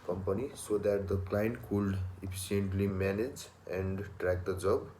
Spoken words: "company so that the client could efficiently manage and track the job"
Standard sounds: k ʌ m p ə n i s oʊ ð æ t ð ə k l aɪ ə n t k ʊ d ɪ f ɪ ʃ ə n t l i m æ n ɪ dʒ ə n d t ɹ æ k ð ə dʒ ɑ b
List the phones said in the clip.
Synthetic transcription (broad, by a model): k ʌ m p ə n i s oʊ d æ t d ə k l aɪ n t k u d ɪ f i s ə n t l i m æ n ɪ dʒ ə n d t ɹ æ k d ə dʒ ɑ b